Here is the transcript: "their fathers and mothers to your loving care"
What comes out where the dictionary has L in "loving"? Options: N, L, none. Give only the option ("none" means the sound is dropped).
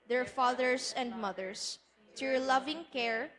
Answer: L